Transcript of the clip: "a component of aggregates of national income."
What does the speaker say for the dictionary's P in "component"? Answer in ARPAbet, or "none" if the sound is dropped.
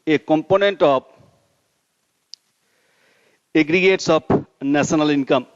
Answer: P